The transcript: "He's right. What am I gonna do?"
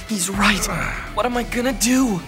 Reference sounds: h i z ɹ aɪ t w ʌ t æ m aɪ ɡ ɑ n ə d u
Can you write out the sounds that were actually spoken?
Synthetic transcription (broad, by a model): h i z ɹ aɪ t w ʌ t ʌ m aɪ ɡ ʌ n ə d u